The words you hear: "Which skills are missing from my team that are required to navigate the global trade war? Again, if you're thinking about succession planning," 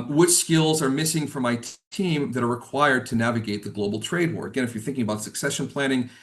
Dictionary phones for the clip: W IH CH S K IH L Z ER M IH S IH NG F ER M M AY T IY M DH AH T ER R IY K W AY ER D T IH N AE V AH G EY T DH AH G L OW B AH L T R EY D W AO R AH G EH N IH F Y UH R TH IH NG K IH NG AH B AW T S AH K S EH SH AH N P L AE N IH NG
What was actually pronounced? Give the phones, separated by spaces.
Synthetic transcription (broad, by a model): W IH CH S K IH L Z ER M IH S IH NG F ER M M AY T IY M DH AH T ER R IY K W AY ER D T IH N AE V AH G EY T DH AH G L OW B L T R EY D W AO R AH G EH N IH F Y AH R TH IH NG K IH NG AH B AW T S AH K S EH SH AH N P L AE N IH NG